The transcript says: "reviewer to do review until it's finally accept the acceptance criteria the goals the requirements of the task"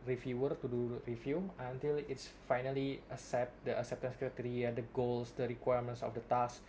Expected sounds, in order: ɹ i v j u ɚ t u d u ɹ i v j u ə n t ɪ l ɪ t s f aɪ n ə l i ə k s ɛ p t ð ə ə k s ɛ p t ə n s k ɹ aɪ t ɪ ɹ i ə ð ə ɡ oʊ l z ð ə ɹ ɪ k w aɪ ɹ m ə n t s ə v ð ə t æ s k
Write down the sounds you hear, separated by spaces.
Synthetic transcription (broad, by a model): ɹ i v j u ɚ t u d u ɹ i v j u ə n t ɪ l ɪ t s f aɪ n ə l i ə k s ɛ p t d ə ə k s ɛ p t ə n s k ɹ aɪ t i ɹ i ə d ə ɡ oʊ l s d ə ɹ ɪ k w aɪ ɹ m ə n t s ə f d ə t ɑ s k